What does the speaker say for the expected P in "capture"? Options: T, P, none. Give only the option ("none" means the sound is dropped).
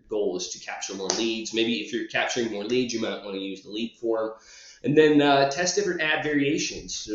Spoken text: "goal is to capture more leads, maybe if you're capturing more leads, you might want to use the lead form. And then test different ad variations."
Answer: P